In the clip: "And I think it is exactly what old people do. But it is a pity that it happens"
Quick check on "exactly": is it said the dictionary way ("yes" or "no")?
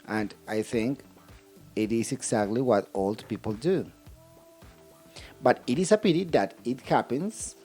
no